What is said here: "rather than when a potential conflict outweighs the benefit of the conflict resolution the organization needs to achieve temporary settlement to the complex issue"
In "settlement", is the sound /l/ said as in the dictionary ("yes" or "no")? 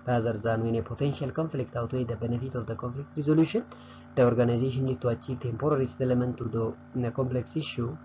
no